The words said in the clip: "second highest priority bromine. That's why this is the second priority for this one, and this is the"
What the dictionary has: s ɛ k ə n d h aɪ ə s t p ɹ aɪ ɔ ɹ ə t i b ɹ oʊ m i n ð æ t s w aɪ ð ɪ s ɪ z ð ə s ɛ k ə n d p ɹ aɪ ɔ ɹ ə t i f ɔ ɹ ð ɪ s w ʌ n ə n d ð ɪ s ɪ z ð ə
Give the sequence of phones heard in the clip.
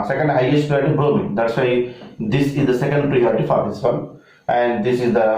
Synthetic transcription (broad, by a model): s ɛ k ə n d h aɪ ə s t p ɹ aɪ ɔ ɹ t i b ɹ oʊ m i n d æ t s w aɪ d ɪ s ɪ z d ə s ɛ k ə n d p ɹ aɪ ɔ ɹ ə t i f ɔ ɹ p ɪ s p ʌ l ə n d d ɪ s ɪ z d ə